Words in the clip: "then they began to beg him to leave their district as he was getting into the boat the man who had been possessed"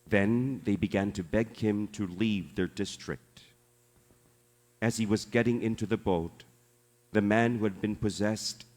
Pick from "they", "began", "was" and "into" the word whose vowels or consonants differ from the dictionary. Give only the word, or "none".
none